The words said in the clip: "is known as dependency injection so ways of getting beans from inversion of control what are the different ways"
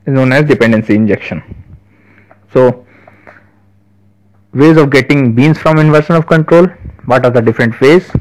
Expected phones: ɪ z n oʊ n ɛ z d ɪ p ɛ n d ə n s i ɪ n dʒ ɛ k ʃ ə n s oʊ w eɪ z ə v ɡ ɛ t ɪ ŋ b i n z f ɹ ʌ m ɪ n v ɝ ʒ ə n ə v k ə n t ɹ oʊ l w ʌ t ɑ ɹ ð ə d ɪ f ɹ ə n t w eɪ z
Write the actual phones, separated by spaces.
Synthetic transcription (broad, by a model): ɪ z n oʊ n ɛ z d ɪ p ɛ n d ə n s i ɪ n dʒ ɛ k ʃ ə n s oʊ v eɪ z ə v ɡ ɛ t ɪ ŋ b i n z f ɹ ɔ m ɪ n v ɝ ʃ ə n ə v k ə n t ɹ oʊ l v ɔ t ɑ ɹ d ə d ɪ f ɹ ə n t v eɪ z